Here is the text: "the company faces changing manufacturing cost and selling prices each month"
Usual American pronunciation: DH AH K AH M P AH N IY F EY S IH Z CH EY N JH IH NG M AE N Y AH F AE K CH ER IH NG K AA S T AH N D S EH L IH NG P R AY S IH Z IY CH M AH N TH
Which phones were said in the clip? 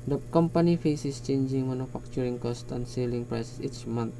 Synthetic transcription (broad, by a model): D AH K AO M P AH N IY F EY S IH S CH EY N JH IH NG M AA N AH F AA K CH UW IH NG K AA S T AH N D S EH L IH NG P R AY S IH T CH M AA N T